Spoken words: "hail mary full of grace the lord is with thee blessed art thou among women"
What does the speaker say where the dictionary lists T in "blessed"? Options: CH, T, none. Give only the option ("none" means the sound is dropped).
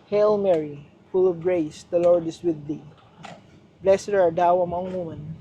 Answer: none